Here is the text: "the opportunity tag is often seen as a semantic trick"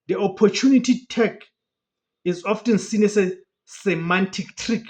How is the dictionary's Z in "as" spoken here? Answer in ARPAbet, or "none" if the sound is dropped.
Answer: S